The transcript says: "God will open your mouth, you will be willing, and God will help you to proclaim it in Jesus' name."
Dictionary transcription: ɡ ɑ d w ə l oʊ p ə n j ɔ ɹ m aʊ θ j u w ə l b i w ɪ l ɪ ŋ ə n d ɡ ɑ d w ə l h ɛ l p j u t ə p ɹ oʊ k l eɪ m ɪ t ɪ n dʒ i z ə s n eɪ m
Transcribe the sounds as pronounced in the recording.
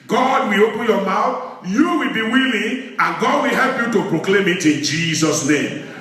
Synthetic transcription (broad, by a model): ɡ ɑ d w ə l oʊ p ə n j ɔ m aʊ θ j u w ə l b i w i l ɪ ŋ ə n ɡ ɑ d w ə l h ɛ l p j u t ə p ɹ oʊ k l eɪ m ɪ t ɪ n dʒ i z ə s n eɪ m